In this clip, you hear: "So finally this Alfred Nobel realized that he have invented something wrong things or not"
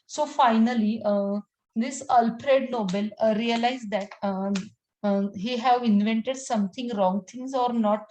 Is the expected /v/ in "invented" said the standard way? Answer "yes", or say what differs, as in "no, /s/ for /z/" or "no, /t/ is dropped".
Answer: yes